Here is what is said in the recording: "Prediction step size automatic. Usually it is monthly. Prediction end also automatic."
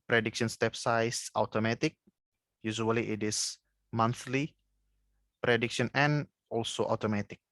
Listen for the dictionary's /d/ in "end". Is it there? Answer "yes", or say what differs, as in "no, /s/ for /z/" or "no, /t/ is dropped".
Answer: no, /d/ is dropped